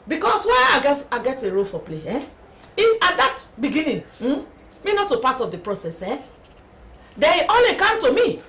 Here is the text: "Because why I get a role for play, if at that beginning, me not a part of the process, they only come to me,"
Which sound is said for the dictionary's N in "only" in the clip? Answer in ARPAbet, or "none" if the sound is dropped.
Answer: none